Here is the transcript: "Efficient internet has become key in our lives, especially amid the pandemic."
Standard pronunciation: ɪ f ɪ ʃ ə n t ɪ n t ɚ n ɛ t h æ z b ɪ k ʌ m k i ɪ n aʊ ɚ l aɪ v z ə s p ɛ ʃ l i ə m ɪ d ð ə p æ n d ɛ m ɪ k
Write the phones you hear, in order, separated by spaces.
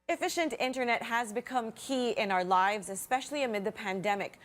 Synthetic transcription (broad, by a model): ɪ f ɪ ʃ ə n t ɪ n t ɚ n ɛ t h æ z b ɪ k ʌ m k i ɪ n aʊ ɚ l aɪ v z ə s p ɛ ʃ l i ə m ɪ d ð ə p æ n d ɛ m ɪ k